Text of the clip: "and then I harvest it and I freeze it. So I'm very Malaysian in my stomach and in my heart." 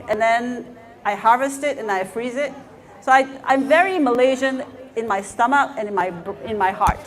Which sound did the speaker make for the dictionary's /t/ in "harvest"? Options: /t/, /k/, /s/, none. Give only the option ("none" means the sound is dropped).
/t/